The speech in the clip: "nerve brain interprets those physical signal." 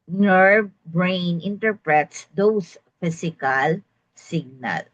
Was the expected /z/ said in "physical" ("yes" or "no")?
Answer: no